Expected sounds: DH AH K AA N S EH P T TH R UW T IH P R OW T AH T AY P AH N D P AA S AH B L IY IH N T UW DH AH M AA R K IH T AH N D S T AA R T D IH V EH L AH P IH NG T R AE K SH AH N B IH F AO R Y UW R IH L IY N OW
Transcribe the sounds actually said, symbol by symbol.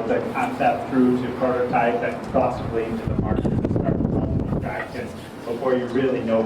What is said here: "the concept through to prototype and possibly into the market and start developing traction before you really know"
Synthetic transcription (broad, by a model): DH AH K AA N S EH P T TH R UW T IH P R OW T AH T AY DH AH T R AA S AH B L IY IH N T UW DH AH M AA R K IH AH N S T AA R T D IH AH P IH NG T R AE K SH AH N B IH F AO R Y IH R IH L IY N OW